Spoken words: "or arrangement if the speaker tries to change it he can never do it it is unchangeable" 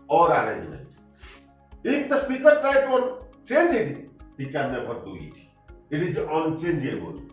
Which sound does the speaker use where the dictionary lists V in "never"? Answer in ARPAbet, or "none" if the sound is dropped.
P